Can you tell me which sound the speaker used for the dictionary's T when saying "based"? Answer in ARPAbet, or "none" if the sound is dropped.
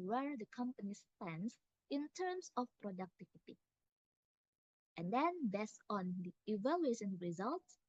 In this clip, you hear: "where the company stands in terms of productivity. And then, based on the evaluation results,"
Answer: none